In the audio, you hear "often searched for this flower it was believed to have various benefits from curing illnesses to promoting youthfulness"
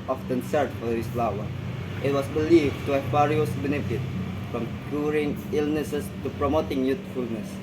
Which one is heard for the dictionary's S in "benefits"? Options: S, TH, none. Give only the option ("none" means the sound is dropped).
none